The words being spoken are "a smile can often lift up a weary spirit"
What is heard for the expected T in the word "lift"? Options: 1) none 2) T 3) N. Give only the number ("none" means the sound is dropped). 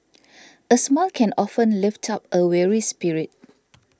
2